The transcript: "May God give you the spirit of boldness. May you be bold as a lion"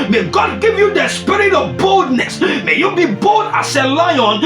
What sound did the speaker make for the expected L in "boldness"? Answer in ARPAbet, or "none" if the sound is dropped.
L